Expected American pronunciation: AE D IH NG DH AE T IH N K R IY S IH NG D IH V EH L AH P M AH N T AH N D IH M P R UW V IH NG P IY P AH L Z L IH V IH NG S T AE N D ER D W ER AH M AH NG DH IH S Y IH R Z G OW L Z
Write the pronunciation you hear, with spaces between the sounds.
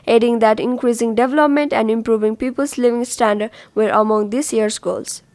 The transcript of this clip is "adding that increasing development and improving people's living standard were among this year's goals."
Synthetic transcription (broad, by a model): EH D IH NG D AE T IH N K R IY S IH NG D IH V EH L AH P M AH N T AH N D IH M P R UW V IH NG P IY P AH L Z L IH V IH NG S T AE N D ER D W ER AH M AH NG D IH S Y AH R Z G OW L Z